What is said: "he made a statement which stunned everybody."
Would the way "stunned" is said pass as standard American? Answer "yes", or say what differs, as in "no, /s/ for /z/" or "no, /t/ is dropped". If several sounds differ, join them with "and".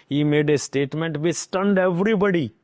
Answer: yes